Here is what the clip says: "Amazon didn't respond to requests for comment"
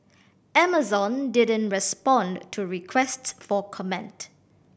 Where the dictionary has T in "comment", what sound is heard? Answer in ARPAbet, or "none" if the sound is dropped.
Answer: T